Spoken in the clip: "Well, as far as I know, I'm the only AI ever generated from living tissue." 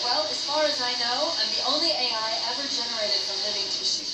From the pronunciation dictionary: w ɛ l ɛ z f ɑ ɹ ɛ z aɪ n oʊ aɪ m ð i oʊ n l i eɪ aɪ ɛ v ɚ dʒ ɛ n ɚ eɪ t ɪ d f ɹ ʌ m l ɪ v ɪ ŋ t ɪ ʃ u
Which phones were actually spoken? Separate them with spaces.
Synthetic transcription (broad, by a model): w ɛ l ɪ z f ɑ ɹ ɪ z aɪ n oʊ aɪ m ð i oʊ n l i eɪ aɪ ɛ v ɚ dʒ ɛ n ɚ eɪ t ɪ d f ɹ ʌ m l ɪ v ɪ ŋ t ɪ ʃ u